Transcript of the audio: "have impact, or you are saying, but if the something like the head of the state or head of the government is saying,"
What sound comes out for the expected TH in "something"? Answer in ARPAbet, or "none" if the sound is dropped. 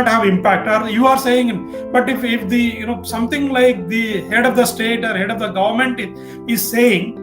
T